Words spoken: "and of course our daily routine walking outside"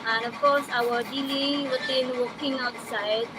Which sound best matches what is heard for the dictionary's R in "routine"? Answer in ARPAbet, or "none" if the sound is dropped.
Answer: W